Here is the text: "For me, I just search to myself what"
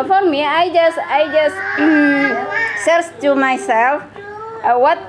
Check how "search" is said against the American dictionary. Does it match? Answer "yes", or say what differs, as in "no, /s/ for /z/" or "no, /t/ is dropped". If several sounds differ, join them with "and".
no, /s/ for /tʃ/